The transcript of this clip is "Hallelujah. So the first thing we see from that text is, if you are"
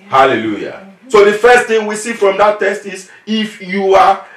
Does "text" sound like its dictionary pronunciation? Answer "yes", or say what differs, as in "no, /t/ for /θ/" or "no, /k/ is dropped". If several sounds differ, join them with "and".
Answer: no, /k/ is dropped